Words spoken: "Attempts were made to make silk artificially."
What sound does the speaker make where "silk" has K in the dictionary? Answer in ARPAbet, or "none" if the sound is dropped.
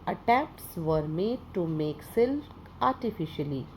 none